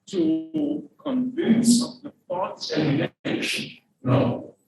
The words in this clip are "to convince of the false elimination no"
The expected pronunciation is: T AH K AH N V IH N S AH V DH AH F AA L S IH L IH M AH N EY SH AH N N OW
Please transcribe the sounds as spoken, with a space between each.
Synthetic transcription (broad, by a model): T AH K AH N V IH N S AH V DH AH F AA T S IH IH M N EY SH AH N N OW